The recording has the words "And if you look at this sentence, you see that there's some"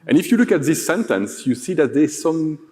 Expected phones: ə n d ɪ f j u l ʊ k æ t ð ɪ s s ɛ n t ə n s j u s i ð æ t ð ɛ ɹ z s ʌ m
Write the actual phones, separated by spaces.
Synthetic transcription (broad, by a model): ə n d ɪ f j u l ʊ k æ t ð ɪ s s ɛ n t ə n s j u s i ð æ t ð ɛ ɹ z s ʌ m